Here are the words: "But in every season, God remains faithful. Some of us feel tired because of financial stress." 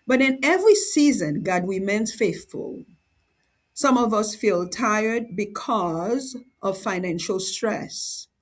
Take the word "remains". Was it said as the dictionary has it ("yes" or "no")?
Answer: no